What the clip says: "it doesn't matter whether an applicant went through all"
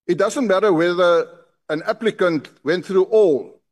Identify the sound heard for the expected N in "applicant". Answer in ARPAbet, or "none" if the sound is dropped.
N